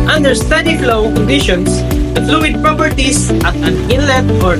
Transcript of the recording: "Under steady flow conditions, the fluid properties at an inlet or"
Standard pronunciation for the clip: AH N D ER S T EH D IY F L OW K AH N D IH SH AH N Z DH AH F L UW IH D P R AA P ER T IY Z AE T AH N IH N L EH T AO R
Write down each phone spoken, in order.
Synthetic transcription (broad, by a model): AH N D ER S T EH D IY F L OW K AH N D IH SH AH N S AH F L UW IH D P R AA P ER T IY S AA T AH N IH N L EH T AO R